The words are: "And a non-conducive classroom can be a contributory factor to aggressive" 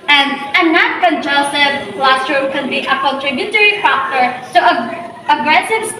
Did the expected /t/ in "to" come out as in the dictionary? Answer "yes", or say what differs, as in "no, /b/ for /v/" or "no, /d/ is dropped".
no, /s/ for /t/